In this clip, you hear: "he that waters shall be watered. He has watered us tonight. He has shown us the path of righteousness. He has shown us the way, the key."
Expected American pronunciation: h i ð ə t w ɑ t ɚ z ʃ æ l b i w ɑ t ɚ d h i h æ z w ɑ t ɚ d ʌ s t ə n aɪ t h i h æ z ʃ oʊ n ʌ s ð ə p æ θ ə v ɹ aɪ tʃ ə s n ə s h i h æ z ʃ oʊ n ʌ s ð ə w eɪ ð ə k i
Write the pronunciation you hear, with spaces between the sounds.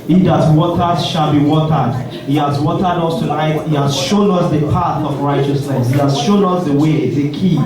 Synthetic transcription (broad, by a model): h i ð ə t w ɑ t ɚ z ʃ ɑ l b i w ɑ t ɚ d h i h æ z w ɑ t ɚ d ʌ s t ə l aɪ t h i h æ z ʃ oʊ n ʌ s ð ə p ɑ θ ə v ɹ aɪ tʃ ə s n ə s h i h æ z ʃ oʊ n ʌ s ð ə w eɪ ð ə k i